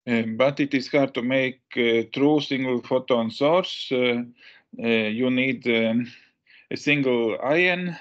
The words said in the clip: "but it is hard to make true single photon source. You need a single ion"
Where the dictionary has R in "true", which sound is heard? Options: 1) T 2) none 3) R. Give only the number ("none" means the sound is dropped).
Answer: 3